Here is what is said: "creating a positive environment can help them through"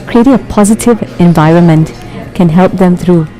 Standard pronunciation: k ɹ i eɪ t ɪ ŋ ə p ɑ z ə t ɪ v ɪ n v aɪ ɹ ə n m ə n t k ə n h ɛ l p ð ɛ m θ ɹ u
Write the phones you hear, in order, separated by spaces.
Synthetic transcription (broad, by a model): k ɹ i eɪ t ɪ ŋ ə p ɑ z ə t ɪ v ɪ n v aɪ ɹ ə n m ə n t k ə n h ɛ l p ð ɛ m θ ɹ u